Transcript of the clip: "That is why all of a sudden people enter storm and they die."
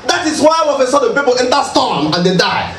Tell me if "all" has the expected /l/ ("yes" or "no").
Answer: no